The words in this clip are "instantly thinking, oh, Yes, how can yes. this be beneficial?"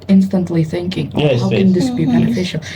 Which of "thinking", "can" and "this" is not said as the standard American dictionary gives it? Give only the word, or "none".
none